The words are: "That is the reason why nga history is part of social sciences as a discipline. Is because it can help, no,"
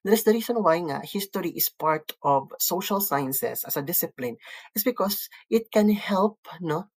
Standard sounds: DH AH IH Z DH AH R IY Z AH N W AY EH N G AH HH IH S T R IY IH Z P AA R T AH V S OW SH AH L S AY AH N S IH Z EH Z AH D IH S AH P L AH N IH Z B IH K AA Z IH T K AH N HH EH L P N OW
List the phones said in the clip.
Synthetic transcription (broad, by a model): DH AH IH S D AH R IY S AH N W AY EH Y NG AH HH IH S T R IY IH S P AA R T AH V S OW SH AH L S AY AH N S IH S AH S AH D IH S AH P L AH N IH S B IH K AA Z IH T K AH N HH EH L P N OW